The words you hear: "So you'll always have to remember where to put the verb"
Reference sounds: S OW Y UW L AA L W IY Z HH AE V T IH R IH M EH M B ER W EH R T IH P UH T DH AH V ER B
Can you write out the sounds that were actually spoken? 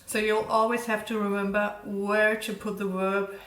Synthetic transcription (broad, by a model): S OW Y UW L AA L W IY Z HH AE F T IH R IH M EH M B ER W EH R T IH P UH T DH AH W ER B